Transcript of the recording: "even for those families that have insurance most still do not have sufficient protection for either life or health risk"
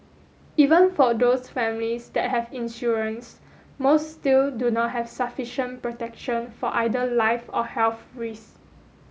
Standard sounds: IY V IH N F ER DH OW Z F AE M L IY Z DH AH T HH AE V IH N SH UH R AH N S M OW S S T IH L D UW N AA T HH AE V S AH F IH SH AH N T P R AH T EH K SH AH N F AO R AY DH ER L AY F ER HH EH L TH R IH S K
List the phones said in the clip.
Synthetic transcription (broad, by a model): IY V IH N F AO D OW S F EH M L IY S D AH T HH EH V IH N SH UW R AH N S M OW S S T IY L D UW N AA T HH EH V S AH F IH SH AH N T P R AH T EH K SH AH N F AO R AY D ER L AY F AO HH EH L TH R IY S